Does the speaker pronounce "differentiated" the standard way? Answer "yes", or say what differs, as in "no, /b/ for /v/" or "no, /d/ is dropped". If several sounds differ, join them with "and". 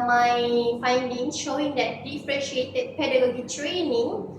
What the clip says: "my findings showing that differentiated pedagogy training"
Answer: no, /n/ is dropped